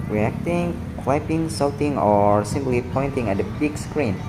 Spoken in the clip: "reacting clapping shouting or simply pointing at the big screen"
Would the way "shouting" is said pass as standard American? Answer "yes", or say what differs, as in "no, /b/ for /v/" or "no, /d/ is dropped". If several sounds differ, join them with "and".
no, /s/ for /ʃ/